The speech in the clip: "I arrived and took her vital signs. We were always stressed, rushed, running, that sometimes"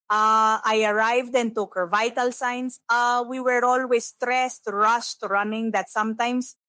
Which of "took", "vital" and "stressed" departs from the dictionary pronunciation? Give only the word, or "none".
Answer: none